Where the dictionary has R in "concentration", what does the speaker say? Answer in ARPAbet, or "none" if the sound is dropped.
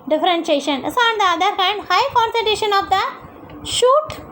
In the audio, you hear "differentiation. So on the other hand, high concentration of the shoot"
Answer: none